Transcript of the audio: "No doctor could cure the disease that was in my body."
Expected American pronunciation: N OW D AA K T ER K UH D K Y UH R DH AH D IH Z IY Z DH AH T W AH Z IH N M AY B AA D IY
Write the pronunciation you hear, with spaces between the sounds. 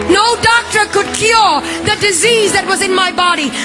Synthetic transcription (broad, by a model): N OW D AA K T ER K UH D K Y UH R DH AH D IH Z IY Z DH AH T W AH Z IH N M AY B AA D IY